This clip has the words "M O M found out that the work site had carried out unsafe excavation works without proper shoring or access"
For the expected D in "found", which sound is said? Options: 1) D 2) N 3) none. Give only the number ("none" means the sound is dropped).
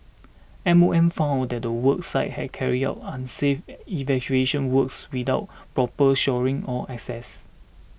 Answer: 1